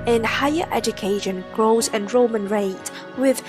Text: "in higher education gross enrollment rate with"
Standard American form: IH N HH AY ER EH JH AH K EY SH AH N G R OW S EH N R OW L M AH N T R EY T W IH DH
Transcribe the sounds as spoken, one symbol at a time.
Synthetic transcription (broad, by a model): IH N HH AY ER EH JH AH K EY SH AH N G R OW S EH N R OW M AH N R EY T W IH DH